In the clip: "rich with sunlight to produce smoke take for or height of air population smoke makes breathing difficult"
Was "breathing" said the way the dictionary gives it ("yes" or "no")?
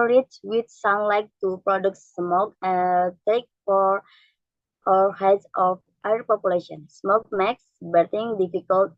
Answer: no